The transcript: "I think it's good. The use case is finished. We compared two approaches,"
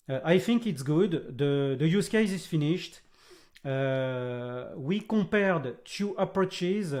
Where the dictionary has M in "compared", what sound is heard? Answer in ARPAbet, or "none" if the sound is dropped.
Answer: none